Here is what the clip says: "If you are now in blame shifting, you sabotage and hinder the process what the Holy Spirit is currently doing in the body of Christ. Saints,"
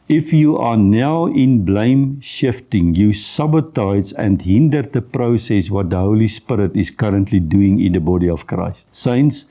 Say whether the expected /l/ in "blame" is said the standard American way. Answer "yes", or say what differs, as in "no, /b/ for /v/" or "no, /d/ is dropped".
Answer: yes